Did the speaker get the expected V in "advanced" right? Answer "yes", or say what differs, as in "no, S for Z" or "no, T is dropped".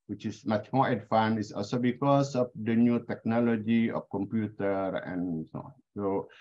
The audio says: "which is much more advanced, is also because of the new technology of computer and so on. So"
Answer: no, F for V